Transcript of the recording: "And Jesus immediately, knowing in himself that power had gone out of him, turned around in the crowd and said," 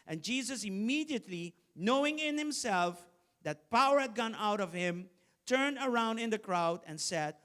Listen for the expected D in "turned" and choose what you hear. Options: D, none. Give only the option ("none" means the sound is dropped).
D